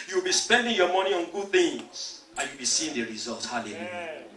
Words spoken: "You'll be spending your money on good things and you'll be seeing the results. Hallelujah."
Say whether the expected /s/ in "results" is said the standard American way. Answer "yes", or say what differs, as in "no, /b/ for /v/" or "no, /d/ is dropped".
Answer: no, /s/ is dropped